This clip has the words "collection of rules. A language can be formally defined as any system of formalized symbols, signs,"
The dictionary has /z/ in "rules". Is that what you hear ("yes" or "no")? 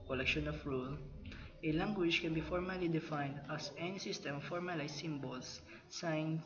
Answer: no